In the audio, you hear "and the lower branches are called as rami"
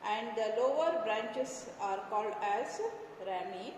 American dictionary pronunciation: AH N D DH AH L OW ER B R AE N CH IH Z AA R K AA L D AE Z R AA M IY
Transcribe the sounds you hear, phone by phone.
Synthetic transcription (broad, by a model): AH N D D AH L OW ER B R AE N CH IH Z AA R K AA L D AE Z R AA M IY